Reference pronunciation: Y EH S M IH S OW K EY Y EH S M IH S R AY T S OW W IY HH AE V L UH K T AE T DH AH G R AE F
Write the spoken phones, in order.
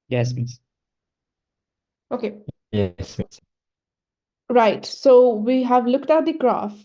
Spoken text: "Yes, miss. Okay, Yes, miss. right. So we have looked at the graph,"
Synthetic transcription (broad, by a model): Y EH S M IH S OW K EY Y EH S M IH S R AY T S OW W IY HH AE V L UH K T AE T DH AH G R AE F